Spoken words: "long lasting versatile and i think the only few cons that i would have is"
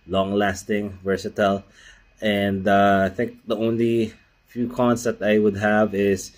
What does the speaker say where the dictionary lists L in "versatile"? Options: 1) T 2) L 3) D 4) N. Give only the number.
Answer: 2